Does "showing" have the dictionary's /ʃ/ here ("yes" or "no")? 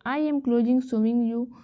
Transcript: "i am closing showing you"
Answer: no